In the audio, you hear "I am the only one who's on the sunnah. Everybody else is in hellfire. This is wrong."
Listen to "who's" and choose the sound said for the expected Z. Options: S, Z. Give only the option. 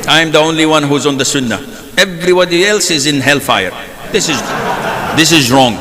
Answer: Z